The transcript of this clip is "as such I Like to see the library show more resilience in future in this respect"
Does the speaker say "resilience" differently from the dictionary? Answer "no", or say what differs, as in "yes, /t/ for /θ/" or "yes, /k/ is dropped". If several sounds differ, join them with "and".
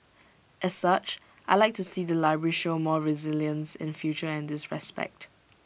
no